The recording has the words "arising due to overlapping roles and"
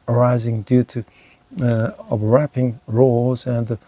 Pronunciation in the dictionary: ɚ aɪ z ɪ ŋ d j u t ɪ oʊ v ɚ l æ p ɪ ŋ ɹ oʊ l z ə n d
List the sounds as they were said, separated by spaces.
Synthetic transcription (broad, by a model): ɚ aɪ z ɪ ŋ d j u t ɪ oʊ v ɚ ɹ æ p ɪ ŋ ɹ oʊ l z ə n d